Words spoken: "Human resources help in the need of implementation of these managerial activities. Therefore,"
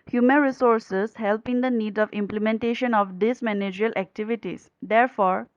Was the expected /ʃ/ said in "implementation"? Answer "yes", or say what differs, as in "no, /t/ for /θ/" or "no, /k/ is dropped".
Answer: yes